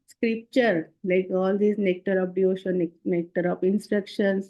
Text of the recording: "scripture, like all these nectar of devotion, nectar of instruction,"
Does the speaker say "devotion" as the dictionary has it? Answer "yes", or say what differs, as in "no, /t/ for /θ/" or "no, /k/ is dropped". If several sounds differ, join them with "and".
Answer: no, /v/ is dropped